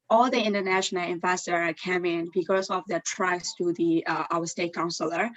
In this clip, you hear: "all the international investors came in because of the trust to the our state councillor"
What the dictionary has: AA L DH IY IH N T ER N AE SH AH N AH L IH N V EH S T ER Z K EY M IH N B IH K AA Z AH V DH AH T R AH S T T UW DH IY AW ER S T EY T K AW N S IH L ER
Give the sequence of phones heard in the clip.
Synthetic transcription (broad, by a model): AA L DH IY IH N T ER N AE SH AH N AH L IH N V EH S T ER K EY M IH N B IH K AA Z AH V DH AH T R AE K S T UW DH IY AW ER S T EY T K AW N S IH L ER